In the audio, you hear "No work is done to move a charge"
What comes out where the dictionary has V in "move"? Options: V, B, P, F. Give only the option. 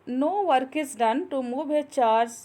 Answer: B